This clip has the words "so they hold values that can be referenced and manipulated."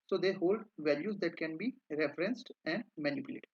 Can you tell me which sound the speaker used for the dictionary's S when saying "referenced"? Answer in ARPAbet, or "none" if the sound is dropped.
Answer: S